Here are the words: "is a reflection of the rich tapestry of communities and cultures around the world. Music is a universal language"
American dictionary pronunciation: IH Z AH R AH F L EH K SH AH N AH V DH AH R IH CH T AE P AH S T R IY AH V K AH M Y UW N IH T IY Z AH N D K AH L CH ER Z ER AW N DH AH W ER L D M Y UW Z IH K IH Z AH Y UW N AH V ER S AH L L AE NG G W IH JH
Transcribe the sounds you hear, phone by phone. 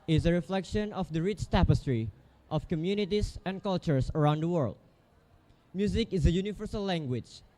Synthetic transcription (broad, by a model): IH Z AH R AH F L EH K SH AH N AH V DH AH R IH CH T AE P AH S T R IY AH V K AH M Y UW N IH T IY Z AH N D K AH L CH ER S ER AW N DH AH W ER L D M Y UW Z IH K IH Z AH Y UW N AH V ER S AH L L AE NG G W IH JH